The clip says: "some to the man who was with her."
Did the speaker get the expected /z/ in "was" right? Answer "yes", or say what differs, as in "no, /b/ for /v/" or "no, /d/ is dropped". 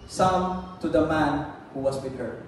no, /s/ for /z/